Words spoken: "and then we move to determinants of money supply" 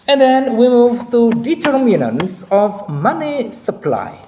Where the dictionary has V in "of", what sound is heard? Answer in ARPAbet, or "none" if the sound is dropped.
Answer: V